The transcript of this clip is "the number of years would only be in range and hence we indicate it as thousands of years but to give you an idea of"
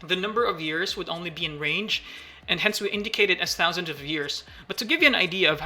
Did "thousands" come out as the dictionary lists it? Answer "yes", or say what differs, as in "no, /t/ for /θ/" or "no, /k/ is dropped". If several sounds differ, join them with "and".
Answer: yes